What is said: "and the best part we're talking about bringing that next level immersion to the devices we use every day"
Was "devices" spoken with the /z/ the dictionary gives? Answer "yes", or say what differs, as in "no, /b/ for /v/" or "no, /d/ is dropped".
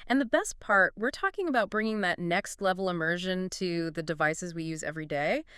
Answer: yes